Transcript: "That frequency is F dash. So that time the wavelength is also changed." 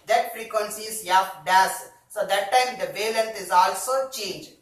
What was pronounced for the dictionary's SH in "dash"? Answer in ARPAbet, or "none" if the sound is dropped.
S